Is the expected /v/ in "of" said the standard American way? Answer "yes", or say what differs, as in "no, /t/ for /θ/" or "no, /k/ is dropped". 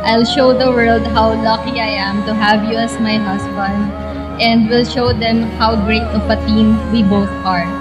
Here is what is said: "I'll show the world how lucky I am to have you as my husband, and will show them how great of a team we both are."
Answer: no, /p/ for /v/